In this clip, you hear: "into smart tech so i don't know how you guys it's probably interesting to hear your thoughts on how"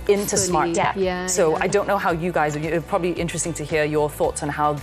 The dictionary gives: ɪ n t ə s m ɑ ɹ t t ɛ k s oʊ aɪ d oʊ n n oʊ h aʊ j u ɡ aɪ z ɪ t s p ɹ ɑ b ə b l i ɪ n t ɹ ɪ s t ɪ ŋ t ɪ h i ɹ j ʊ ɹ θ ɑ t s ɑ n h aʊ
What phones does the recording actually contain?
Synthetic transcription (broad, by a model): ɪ n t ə s m ɑ ɹ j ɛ s oʊ aɪ d oʊ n n oʊ h aʊ j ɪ ɡ aɪ z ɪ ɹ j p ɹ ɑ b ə b l i ɪ n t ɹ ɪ s t ɪ ŋ t ɪ h i ɹ j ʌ ɹ θ ɑ t s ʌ n h aʊ